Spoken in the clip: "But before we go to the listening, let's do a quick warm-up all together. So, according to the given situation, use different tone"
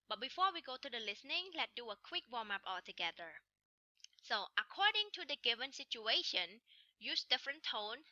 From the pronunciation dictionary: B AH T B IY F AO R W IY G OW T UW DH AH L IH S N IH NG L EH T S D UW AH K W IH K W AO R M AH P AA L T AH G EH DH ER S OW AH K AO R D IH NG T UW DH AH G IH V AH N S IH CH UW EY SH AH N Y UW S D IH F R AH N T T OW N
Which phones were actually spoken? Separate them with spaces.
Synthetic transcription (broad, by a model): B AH T B IY F AO R W IY G OW T UW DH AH L IH S N IH NG L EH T D UW AH K W IH K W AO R M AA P AA L T AH G EH DH ER S OW AH K AO R D IH NG T UW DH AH G IH V AH N S IH CH UW EY SH AH N Y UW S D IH F R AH N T T OW N